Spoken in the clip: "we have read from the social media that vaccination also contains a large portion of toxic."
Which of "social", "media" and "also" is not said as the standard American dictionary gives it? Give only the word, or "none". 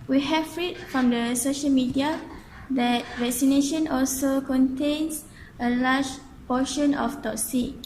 none